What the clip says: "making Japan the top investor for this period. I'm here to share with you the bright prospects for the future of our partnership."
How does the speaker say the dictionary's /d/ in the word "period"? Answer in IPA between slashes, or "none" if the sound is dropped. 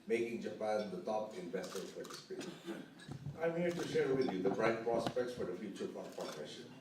none